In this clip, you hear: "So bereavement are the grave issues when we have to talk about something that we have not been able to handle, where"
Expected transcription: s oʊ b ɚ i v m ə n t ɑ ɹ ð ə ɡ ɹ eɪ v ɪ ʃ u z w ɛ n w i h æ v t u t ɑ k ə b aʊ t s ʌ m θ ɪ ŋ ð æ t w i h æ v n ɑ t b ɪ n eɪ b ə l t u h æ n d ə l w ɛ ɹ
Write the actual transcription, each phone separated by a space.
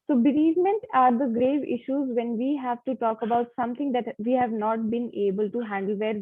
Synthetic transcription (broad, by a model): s oʊ b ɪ i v m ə n t ɑ ɹ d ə ɡ ɹ eɪ v ɪ ʃ u z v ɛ n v i h æ v t u t ɑ k ə b aʊ t s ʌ m t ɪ ŋ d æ t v i h æ v n ɑ t b ɪ n eɪ b ə l t u h æ n d ə l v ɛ ɹ